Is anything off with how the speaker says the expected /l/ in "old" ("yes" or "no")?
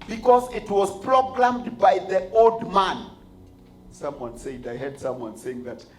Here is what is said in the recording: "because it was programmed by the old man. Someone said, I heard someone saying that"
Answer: no